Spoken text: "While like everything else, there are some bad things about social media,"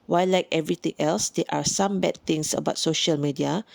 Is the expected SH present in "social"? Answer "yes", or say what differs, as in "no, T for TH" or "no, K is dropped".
yes